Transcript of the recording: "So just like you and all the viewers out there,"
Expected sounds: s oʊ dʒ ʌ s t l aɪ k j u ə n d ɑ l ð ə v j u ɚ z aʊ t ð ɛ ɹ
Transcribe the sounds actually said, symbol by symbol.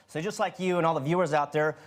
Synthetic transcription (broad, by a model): s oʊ dʒ ʌ s t l aɪ k j u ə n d ɑ l ð ə v j u ɚ z aʊ t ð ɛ ɹ